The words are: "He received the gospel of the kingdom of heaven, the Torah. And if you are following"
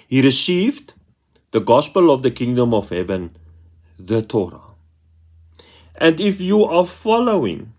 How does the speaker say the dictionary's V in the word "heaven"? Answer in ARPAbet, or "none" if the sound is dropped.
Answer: V